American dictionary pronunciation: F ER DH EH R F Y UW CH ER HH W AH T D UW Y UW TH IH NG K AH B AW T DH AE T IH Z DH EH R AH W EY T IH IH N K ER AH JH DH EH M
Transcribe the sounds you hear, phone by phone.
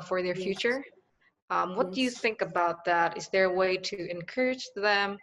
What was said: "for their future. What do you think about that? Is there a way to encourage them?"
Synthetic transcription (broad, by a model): F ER DH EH R F Y UW CH ER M W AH T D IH Y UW TH IH NG K AH B AW T DH AE T IH Z DH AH R AH W EY T IH IH N K ER AH JH DH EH M